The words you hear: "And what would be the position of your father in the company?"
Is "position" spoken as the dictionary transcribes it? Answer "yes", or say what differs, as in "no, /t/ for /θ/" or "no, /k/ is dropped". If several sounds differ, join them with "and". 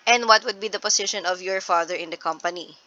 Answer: no, /s/ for /z/